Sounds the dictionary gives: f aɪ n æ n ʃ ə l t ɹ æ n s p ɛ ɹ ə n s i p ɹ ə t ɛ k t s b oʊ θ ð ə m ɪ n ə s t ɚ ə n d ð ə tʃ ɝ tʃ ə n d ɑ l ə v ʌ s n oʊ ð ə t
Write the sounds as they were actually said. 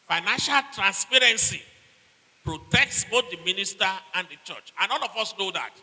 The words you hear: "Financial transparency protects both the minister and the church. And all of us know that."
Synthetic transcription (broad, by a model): f aɪ n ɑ n ʃ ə l t ɹ æ n s p ɛ ɹ ə n s i p ɹ ə t ɛ k t s b oʊ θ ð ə m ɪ n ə s t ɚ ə n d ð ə tʃ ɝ tʃ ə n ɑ n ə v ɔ s n oʊ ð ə t